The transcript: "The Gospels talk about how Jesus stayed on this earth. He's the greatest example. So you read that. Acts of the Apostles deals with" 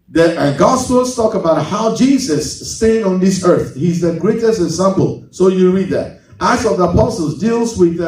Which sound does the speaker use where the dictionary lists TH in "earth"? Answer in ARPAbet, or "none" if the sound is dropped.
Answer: TH